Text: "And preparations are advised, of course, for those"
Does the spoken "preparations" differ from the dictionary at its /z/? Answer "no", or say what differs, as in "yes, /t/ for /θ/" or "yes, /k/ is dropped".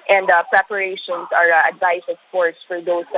yes, /s/ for /z/